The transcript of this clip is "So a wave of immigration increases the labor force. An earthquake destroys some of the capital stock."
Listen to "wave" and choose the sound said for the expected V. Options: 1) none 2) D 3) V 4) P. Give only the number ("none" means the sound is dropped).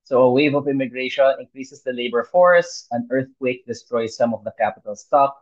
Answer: 3